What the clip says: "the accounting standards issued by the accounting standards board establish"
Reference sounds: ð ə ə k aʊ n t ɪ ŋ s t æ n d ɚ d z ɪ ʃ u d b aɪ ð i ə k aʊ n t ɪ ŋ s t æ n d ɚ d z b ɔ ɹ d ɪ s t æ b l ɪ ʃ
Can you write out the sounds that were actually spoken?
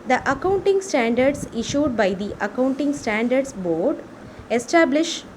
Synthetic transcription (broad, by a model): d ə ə k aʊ n t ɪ ŋ s t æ n d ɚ d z ɪ ʃ u d b aɪ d i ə k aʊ n t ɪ ŋ s t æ n d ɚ d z b ɔ ɹ d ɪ s t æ b l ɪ ʃ